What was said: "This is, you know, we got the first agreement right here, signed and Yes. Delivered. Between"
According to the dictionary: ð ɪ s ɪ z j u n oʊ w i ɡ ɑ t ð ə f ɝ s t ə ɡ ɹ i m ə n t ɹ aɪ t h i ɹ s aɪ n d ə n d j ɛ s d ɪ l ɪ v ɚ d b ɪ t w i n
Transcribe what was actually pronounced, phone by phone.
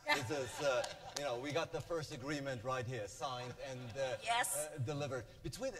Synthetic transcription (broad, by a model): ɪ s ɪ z j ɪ n oʊ w i ɡ ɑ t ð ə f ɝ s t ə ɡ ɹ i m ə n t ɹ aɪ t h i ɹ s aɪ n d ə n j ɛ s d ɪ l ɪ v ɚ d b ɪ t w i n